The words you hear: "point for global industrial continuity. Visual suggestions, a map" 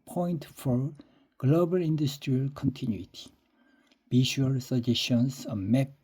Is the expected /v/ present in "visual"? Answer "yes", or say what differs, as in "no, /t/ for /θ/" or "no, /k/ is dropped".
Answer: no, /b/ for /v/